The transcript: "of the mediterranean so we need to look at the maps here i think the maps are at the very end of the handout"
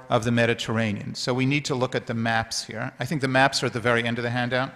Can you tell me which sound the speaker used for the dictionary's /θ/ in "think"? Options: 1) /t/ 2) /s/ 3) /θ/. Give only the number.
3